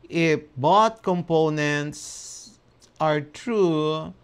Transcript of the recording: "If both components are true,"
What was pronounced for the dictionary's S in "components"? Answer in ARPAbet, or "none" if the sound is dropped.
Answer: S